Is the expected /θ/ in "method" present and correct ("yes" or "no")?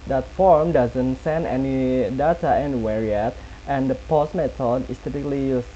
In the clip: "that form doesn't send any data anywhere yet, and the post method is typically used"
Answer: no